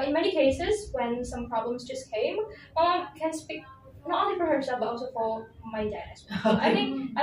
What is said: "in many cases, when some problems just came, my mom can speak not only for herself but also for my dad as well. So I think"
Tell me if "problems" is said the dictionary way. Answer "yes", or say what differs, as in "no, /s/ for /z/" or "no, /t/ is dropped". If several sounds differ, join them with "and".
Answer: yes